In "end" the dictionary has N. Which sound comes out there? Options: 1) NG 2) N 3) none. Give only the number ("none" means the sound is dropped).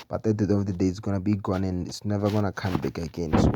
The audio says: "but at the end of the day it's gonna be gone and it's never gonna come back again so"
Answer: 3